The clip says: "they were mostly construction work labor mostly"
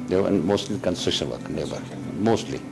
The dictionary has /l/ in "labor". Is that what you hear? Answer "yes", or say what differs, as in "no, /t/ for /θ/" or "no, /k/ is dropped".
no, /n/ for /l/